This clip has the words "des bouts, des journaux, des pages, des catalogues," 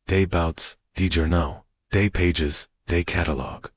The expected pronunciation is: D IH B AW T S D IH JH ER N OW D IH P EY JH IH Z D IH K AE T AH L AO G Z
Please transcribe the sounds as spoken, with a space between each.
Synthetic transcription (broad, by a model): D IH B AW T S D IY JH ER N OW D IH P EY JH IH Z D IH K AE T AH L AO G